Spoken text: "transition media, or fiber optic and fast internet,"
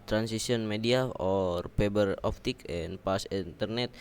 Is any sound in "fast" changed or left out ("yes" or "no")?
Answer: yes